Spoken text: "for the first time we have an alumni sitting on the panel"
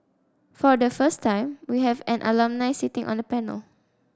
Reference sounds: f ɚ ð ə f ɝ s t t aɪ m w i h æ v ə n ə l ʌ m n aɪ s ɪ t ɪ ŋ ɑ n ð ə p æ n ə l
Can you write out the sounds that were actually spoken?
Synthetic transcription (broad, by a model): f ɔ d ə f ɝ s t t aɪ m w i h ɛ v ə n ə l ʌ m n aɪ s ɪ t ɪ ŋ ɑ n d ə p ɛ n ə l